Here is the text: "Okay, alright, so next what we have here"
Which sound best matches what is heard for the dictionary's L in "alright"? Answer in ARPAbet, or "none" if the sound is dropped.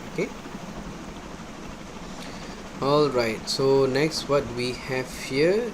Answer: L